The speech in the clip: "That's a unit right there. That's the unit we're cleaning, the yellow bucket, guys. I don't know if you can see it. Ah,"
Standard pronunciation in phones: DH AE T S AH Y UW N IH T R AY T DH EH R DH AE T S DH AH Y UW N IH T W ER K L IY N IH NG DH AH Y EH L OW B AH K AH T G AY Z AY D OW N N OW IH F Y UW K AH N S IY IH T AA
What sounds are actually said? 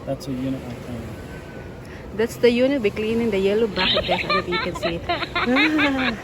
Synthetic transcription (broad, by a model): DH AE T S AH Y UW N IH T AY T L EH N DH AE T S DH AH Y UW N IH T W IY K L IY N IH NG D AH Y EH L OW B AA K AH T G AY S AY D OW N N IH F Y UW K AH N S IY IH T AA